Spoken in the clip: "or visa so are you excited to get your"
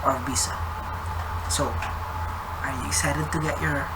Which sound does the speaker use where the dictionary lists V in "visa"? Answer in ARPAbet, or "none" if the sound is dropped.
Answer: B